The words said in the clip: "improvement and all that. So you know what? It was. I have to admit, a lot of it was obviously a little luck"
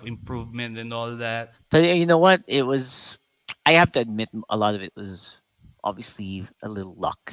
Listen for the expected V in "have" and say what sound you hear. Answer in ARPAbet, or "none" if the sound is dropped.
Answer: F